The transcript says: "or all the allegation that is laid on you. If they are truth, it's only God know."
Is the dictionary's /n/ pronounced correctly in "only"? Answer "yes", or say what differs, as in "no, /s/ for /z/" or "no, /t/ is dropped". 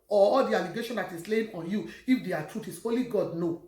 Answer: no, /n/ is dropped